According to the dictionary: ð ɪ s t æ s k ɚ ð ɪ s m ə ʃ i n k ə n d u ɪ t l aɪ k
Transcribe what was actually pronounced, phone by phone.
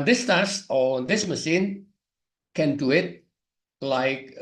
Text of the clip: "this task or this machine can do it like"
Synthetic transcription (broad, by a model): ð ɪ s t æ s ɚ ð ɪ s m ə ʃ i n k ə n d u ɪ t l aɪ k